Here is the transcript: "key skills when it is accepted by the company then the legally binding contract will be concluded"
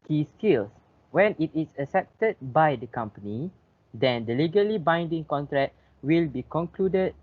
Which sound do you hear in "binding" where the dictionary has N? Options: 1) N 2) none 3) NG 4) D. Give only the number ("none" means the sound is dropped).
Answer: 1